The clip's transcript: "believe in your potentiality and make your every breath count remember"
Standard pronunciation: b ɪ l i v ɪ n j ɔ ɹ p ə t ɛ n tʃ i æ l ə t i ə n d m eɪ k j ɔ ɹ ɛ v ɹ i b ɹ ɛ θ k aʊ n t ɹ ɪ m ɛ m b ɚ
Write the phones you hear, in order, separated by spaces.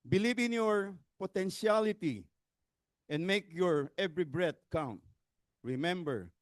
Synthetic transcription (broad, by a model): b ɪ l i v ɪ n j ɔ ɹ p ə t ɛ n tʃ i l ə t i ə n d m eɪ k j ɔ ɹ ɛ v ɹ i b ɹ ɛ t k aʊ n t ɹ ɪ m ɛ m b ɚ